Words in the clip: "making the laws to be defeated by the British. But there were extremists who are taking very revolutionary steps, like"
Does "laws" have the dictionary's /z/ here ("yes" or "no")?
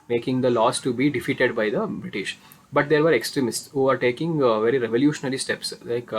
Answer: no